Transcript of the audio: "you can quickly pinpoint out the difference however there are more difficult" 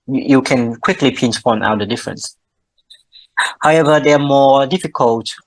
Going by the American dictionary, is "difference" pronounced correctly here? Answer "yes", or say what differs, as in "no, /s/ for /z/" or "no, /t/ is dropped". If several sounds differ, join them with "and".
yes